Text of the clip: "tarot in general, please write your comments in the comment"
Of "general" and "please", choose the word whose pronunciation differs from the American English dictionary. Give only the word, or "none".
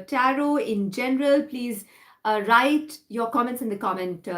none